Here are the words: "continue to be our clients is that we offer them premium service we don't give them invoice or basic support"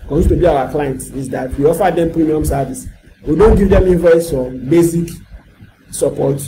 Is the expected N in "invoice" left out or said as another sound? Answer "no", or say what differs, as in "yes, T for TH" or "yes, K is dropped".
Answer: yes, N is dropped